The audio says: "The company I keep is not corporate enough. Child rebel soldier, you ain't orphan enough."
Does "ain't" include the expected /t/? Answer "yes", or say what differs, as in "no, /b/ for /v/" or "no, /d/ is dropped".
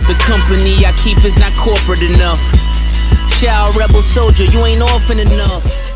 yes